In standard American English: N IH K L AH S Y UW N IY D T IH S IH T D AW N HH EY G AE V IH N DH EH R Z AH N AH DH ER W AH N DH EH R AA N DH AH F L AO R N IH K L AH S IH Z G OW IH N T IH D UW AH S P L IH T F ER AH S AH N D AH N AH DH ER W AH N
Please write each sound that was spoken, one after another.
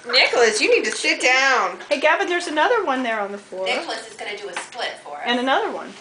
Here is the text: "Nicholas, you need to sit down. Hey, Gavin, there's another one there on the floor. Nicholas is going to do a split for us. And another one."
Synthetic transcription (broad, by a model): N IH K L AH S Y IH N IY D T IH SH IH T D AW N HH EY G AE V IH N DH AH R Z AH N AH DH ER W AH N DH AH R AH N DH AH F L AO R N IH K L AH S IH Z G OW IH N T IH D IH AH S P L IH T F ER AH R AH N AH N AH DH ER W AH N